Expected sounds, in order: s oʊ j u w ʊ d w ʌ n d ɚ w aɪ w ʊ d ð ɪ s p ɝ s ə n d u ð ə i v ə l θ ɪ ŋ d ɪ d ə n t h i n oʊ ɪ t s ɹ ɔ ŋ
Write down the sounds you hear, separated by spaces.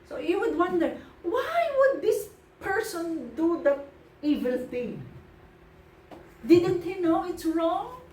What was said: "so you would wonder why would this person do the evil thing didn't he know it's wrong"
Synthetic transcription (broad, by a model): s oʊ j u w ʊ d w ʌ n d ɚ w aɪ w ʊ d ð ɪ s p ɝ s ə n d u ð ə i v ə l θ ɪ ŋ d ɪ d ə n t h i n oʊ ɪ t s ɹ ɔ ŋ